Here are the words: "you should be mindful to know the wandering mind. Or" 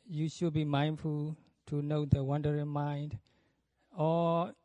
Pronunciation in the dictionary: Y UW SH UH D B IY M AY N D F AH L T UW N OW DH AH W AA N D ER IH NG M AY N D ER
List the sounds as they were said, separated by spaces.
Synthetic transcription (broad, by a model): Y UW SH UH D B IY M AY N D F AH L T UW N OW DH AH W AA N D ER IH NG M AY N D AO